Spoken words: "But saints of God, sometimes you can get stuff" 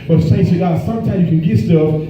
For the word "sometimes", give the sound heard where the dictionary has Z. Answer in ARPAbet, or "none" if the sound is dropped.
none